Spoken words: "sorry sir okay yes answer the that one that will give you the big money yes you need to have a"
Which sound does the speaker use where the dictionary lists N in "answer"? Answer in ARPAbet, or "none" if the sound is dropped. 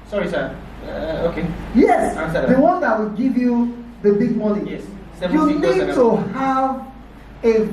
none